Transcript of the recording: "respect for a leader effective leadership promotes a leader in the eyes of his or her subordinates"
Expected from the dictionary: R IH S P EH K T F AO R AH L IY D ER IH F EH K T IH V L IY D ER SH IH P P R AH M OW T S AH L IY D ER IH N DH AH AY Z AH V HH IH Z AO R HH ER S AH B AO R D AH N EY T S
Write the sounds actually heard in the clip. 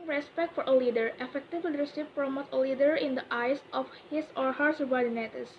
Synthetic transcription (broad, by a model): R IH S P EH K T F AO R AH L IY D ER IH F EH K T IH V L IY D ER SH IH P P R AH M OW T AH L IY D ER IH N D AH AY S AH F HH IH S AO R HH ER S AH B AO R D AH N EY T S